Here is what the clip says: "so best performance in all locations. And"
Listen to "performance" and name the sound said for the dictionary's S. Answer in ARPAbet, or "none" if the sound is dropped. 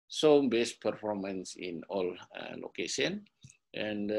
S